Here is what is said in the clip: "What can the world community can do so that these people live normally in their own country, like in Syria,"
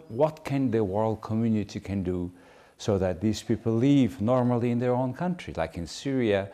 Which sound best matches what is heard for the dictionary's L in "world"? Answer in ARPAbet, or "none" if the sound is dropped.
L